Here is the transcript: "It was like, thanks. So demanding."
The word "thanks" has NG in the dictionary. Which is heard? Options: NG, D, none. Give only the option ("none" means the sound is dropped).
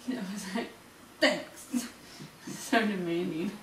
none